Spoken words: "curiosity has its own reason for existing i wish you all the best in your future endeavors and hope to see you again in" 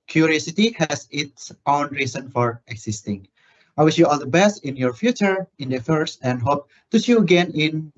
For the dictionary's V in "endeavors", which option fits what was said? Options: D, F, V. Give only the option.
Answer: F